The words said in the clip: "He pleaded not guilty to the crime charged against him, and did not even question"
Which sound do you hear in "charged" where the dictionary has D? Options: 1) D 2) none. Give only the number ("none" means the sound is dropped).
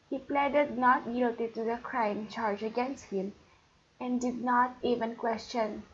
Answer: 2